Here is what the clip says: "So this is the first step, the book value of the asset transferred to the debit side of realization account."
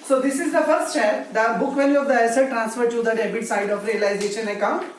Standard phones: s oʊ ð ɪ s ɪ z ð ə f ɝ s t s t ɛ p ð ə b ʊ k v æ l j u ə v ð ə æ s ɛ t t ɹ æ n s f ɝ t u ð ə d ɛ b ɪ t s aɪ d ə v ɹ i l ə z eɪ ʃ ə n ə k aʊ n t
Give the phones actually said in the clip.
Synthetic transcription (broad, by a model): s oʊ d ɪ s ɪ z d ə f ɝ t s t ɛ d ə b ʊ k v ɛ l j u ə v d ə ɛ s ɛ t t ɹ æ n s f ɝ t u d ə d ɛ b ɪ t s aɪ d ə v ɹ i l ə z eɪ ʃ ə n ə k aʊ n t